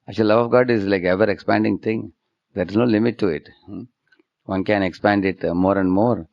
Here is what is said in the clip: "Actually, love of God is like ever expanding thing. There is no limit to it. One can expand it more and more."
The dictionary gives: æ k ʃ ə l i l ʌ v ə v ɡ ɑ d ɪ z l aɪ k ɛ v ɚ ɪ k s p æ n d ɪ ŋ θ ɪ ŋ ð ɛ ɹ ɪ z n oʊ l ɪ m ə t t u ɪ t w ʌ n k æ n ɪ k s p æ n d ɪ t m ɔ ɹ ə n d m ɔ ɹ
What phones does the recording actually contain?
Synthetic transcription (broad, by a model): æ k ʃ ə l l ʌ v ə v ɡ ɑ d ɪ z l aɪ k ɛ v ɚ ɪ k s p æ n d ɪ ŋ t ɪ ŋ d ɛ ɹ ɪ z n oʊ l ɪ m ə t t u ɪ t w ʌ n k æ n ɪ k s p æ n d ɪ t m ɔ ɹ ə n d m ɔ ɹ